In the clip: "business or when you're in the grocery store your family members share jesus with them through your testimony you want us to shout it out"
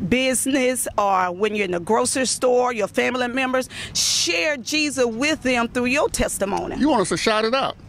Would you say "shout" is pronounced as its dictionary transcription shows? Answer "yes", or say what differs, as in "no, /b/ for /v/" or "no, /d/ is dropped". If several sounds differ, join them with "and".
yes